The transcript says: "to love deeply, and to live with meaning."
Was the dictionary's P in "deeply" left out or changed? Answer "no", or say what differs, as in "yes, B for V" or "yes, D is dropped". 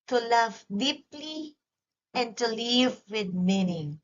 no